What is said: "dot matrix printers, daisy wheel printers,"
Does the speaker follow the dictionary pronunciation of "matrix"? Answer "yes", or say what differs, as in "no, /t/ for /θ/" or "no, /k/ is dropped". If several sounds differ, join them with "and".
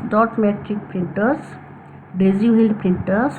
no, /s/ is dropped